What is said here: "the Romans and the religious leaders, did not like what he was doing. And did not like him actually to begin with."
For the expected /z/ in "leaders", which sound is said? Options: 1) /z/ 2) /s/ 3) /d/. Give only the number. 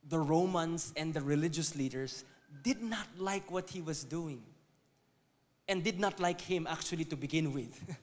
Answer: 2